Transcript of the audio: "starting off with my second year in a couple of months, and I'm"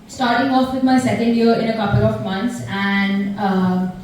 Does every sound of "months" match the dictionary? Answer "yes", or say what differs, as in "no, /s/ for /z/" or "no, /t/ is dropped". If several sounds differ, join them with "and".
no, /t/ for /θ/